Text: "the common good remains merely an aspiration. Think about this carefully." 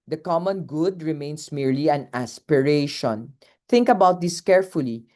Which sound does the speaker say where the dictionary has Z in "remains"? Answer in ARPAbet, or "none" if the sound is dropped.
S